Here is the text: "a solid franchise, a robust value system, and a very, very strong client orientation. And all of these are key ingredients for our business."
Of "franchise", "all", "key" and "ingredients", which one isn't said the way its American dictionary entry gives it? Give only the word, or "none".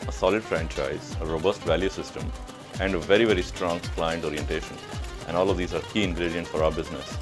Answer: ingredients